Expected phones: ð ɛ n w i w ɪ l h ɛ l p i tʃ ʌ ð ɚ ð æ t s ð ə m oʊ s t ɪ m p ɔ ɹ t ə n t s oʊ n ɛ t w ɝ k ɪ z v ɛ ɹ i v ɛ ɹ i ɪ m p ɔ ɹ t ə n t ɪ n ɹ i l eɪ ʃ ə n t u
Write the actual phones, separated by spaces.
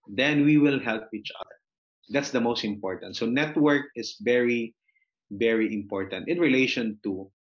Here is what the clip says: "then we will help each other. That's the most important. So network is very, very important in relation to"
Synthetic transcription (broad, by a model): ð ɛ n w i w ɪ l h ɛ l p i tʃ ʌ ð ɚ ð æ t s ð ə m oʊ s t ɪ m p ɔ ɹ t ə n t s oʊ n ɛ t w ɝ k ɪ s v ɛ ɹ i v ɛ ɹ i ɪ m p ɔ ɹ t ə n t ɪ n ɹ i l eɪ ʃ ə n t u